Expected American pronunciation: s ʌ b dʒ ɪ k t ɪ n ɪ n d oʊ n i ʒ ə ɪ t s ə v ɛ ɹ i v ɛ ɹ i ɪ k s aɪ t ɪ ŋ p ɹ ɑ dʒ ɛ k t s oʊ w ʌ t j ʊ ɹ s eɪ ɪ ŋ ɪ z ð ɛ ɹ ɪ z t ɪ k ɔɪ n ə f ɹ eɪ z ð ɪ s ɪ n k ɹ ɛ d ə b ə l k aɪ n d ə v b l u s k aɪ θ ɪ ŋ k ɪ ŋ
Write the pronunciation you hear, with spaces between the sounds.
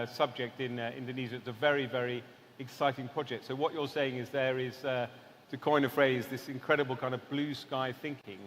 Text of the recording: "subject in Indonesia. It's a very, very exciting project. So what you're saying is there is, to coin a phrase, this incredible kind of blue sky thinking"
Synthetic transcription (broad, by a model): s ʌ b dʒ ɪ k t ɪ n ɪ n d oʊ n i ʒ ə ɪ t s ə v ɛ ɹ i v ɛ ɹ i ɪ k s aɪ t ɪ ŋ p ɹ ɑ dʒ ɛ k t s oʊ w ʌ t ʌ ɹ s eɪ ɪ ŋ ɪ z ð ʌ ɹ ɪ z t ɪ k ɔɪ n ə f ɹ eɪ z ð ɪ s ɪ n k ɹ ɛ d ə b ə l k aɪ n d ə v b l u s k aɪ θ ɪ ŋ k ɪ ŋ